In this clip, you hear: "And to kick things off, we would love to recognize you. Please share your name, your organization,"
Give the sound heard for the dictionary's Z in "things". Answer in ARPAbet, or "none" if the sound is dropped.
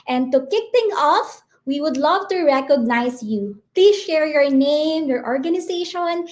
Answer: none